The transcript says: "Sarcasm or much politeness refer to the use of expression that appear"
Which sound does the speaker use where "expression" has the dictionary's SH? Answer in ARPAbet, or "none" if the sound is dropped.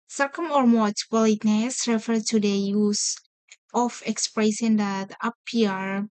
S